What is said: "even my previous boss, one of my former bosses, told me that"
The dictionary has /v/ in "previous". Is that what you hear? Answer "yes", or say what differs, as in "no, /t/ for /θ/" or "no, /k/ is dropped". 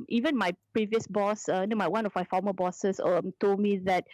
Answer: yes